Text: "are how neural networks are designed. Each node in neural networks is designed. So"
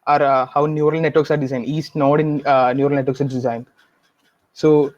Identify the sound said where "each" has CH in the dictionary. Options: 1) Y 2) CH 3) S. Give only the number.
3